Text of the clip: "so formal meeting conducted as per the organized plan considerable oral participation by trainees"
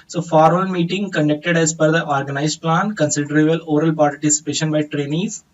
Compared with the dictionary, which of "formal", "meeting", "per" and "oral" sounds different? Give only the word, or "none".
per